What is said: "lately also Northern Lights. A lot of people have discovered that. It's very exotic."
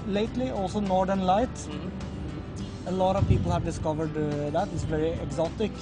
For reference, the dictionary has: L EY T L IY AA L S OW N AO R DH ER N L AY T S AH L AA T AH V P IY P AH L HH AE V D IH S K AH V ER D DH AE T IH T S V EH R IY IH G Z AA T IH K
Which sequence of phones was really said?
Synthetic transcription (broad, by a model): L EY T L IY AA L S OW N AO R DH ER N L AY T AH L AA T AH V P IY P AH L HH AE V D IH S K AH V ER D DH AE T IH T S V EH R IY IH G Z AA T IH K